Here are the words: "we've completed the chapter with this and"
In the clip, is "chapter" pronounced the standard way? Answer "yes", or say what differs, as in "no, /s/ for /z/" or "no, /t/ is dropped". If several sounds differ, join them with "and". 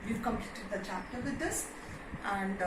yes